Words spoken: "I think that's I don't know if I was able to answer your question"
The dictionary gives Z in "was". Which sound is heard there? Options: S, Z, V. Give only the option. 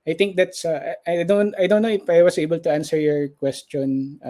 S